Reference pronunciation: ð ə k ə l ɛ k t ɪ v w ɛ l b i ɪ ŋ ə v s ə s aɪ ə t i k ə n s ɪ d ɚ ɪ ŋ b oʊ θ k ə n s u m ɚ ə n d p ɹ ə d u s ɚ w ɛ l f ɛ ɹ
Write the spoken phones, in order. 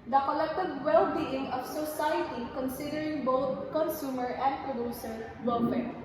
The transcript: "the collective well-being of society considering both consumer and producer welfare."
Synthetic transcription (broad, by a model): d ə k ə l ɛ k t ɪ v w ɛ l b i ɪ ŋ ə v s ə s aɪ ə t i k ə n s ɪ d ɚ ɪ ŋ b oʊ t k ə n s u m ɚ ə n d p ɹ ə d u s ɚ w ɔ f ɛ